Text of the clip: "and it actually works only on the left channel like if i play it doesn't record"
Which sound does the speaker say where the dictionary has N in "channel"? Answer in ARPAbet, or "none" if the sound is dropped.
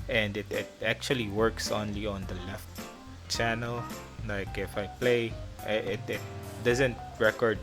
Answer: N